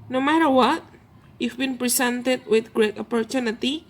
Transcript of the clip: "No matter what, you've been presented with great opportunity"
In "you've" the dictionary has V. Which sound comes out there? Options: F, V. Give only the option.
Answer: F